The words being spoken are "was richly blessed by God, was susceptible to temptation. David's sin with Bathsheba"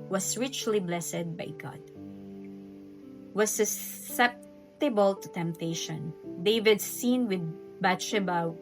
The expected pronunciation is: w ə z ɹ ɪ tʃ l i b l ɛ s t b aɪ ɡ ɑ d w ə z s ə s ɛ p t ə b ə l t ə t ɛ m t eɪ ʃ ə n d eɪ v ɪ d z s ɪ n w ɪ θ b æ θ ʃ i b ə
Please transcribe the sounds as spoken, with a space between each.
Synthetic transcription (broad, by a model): w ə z ɹ ɪ tʃ l i b l ɛ s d b aɪ ɡ ɑ d w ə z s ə s ɛ p t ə b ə l t ə t ɛ m t eɪ ʃ ə n d eɪ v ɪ d s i n w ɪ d b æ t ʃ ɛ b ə